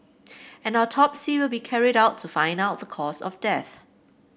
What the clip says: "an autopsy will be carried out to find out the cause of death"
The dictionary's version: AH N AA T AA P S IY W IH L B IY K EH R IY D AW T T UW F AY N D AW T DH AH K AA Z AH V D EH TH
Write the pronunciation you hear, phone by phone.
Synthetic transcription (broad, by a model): AH N AA T AA P S IY W IH L B IY K EH R IY D AW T T UW F AY N D AW T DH AH K AA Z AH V D EH TH